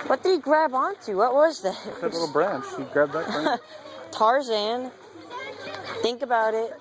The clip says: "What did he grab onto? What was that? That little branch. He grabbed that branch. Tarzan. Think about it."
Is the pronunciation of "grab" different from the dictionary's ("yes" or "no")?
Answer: no